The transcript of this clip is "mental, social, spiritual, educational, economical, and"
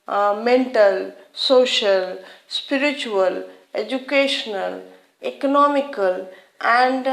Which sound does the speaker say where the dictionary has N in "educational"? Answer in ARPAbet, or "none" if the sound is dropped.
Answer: N